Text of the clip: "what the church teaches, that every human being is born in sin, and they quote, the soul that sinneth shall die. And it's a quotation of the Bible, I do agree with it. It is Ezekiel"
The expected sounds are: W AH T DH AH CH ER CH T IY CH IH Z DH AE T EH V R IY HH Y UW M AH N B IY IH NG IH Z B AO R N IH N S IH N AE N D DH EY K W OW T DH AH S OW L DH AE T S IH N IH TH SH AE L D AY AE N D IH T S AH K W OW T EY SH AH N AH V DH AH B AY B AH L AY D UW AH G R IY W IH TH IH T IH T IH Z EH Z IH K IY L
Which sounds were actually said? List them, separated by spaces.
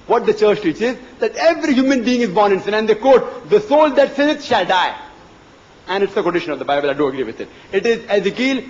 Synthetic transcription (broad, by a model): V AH T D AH CH ER CH T IY CH IH Z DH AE T EH V R IY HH Y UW M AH N B IY IH NG IH Z B AO R N IH N S IH N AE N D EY K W OW T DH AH S OW L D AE T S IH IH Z SH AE L D AY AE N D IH T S AH K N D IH SH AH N AH V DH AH B AY B AH L AY D UW AH G R IY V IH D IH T IH T IH Z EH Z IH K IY L